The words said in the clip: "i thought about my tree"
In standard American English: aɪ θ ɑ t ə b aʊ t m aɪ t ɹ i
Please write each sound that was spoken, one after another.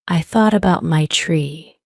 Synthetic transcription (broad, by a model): aɪ θ ɑ t ə b aʊ t m aɪ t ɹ i